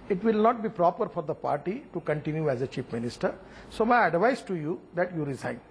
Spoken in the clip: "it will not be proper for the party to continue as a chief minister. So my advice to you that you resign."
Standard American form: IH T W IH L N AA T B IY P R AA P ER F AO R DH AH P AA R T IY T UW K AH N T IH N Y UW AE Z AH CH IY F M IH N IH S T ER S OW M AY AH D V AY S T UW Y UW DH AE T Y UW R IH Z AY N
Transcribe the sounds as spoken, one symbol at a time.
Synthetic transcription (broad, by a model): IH T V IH L N AA T B IY P R AA P ER F AO R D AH P AA R T IY T UW K AH N T IH N Y UW AE Z AH CH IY P M IH N IH S T ER S OW M AY AH D V AY S T UW Y UW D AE T Y UW R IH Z AY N